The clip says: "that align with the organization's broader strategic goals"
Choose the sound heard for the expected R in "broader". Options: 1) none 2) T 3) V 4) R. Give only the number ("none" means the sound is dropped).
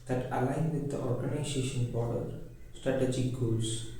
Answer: 1